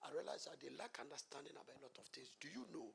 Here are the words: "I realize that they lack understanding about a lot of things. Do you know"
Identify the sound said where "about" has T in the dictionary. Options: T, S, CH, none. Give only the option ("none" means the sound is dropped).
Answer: none